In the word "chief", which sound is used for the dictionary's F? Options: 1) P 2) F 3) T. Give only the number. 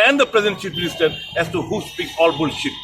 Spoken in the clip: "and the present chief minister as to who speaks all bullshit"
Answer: 1